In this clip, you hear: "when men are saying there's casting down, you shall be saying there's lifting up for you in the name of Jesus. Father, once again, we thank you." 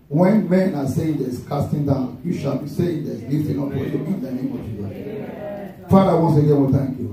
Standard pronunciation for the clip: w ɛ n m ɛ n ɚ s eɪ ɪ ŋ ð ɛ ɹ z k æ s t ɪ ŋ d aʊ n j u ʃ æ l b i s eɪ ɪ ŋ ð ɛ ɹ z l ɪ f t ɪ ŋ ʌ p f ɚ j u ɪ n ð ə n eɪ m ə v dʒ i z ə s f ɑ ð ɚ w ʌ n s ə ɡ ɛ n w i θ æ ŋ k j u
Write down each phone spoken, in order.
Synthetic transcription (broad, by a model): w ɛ n m ɛ n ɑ s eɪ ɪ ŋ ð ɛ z k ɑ s t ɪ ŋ d aʊ n j u ʃ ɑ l b i s eɪ ɪ ŋ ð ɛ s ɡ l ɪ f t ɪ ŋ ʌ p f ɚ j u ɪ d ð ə n eɪ m ə v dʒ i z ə f ɑ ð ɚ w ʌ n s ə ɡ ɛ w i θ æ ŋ k j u